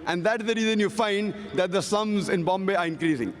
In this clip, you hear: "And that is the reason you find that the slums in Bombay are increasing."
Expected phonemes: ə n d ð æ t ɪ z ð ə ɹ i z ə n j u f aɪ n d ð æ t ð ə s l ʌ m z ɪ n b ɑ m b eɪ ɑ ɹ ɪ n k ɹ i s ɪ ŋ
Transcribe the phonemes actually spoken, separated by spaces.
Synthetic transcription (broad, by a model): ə n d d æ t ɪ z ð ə ɹ i z ə n j u f aɪ n d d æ t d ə s ʌ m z ɪ n b ɑ m b eɪ ɑ ɹ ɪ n k ɹ i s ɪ ŋ